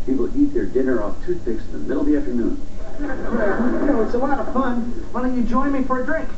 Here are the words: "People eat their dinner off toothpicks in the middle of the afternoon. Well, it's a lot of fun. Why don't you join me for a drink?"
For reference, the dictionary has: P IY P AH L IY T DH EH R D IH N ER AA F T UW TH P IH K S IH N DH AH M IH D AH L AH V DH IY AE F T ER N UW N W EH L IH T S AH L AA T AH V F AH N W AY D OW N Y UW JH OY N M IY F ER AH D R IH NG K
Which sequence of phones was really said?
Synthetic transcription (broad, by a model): P IY P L IY T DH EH R D IH N ER AA F T UW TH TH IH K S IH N DH AH M IH D L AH DH IY AE F T ER N UW N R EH W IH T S AH W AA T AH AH F AH N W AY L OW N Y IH JH OY N M IY F ER AH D R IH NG K